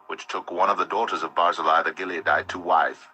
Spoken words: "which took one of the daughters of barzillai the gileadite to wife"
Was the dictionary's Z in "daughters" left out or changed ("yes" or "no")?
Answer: no